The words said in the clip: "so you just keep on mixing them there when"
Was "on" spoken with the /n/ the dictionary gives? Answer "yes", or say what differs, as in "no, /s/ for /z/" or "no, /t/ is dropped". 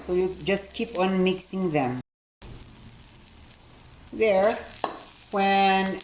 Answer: yes